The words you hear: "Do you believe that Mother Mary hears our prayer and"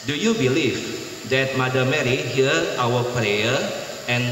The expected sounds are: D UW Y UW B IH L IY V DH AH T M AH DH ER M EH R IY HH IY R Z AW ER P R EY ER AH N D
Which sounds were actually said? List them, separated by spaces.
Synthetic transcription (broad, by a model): D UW Y UW B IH L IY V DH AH T M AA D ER M EH R IY HH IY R AW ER P R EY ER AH N